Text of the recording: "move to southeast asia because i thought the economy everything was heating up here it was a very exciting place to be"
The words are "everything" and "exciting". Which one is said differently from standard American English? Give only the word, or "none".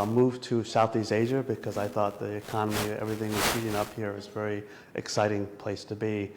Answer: none